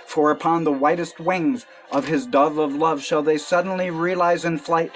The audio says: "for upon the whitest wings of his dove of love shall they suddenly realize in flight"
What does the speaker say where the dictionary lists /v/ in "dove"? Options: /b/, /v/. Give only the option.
/v/